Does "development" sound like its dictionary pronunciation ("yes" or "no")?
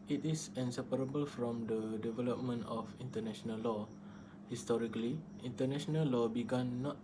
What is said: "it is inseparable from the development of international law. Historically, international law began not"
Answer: yes